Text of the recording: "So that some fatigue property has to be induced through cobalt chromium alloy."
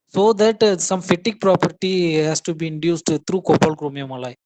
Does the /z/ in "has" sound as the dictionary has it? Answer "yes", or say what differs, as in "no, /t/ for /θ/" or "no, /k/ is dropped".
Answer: no, /s/ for /z/